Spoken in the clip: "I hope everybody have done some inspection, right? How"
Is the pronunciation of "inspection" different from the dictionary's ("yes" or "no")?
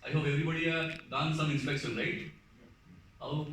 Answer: yes